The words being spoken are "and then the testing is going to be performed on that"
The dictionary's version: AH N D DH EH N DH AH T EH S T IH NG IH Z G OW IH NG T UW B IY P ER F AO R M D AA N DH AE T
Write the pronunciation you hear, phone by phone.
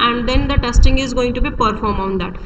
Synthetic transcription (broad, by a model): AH N D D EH N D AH T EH S T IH NG IH Z G OW IH NG T UW B IY P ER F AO R M AA N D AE T